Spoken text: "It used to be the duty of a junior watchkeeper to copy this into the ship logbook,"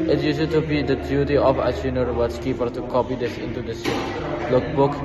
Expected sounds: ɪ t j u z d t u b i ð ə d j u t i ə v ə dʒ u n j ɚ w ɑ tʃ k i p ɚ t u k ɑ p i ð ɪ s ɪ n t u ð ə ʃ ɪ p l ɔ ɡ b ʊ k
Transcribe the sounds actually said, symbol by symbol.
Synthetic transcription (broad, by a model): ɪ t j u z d t u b i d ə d j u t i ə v ə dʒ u n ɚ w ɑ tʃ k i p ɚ t u k ɑ p i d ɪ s ɪ n t u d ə s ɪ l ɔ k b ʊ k